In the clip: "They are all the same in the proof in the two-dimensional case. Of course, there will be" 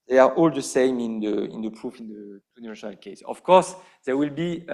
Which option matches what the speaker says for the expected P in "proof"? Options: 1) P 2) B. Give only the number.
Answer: 1